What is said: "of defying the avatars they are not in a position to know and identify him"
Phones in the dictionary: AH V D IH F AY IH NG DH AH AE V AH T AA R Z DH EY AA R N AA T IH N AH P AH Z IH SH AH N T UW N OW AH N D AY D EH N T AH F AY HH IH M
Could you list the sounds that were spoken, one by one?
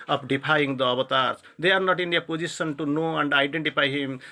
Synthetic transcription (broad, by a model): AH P D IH P AY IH NG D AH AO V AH T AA R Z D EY AA R N AA T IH N AH P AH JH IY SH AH N T UW N OW AH N D AY D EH N T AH P AY HH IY M